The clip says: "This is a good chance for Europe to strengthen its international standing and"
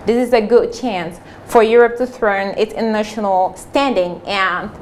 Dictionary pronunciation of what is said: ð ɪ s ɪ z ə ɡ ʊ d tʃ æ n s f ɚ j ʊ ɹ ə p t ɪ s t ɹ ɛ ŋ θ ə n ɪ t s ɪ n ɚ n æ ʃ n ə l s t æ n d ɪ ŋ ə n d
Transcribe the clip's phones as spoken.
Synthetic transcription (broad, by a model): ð ɪ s ɪ z ə ɡ ʊ d tʃ æ n s f ɚ j ʊ ɹ ə p t ɪ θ ɹ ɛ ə n ɪ t s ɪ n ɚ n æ ʃ n l s t æ n d ɪ ŋ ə n